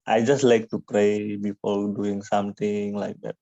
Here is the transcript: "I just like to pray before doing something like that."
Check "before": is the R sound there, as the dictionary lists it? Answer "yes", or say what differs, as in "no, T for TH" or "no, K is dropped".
no, L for R